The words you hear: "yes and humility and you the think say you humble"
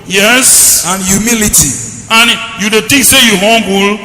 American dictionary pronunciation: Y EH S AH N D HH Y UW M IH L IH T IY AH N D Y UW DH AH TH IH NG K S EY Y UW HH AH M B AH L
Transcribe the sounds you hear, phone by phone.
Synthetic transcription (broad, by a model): Y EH S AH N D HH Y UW M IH L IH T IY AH N Y UW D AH T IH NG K S EY Y UW HH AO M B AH L